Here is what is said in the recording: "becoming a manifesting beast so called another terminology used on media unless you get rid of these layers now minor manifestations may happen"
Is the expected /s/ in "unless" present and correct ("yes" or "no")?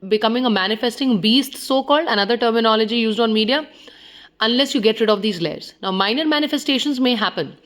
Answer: yes